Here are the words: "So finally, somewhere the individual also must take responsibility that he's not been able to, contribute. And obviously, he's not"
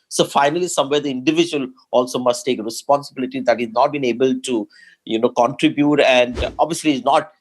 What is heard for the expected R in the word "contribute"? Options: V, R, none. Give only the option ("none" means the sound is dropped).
R